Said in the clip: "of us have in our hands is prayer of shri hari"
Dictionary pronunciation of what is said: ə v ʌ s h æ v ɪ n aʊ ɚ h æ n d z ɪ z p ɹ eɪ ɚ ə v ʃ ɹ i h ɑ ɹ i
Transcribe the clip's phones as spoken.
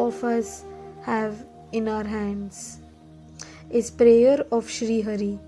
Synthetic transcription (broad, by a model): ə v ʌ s h æ v ɪ n aʊ ɚ h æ n d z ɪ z p ɹ eɪ ɚ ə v ʃ ɹ i h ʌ ɹ i